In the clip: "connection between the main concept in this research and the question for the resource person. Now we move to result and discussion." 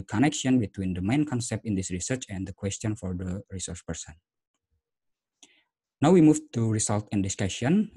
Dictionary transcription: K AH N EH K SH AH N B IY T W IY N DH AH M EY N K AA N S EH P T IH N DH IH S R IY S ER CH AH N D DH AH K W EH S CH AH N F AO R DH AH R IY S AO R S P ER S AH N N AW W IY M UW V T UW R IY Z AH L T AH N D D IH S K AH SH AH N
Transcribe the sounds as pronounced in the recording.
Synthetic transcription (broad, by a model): K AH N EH K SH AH N B IY T W IY N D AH M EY N K AA N S EH P T IH N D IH S R IY S ER CH AH N D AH K W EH S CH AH N F AO R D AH R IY S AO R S P ER S AH N N AW W IY M UW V T UW R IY S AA L T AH N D D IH S K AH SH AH N